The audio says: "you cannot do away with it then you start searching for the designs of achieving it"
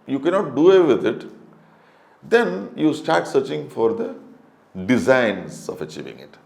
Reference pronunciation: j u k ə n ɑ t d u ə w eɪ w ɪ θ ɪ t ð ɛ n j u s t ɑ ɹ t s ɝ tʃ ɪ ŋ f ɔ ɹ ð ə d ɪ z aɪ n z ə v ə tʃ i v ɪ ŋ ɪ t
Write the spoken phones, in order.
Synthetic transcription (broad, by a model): j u k ə n ɑ t d u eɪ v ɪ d ɪ t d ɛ n j u s t ɑ ɹ t s ɝ tʃ ɪ ŋ f ɔ ɹ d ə d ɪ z aɪ n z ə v ə tʃ i v ɪ ŋ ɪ t